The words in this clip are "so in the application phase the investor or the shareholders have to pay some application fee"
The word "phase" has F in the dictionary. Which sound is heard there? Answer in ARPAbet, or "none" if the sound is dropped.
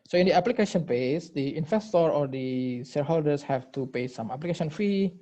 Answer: P